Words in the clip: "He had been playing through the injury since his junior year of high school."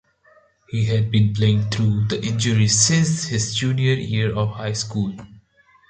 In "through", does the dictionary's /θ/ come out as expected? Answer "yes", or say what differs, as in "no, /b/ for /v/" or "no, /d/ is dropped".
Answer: no, /t/ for /θ/